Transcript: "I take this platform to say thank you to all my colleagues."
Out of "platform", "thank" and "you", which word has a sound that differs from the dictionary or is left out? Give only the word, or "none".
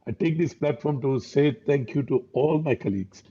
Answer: thank